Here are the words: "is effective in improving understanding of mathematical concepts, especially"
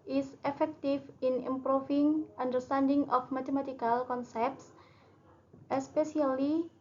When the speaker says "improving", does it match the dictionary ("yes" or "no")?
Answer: no